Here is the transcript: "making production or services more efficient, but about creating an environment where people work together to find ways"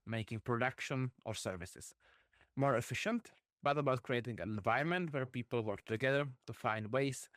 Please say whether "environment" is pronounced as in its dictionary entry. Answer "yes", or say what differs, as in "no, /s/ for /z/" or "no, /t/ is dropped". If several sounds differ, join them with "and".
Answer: no, /ɹ/ is dropped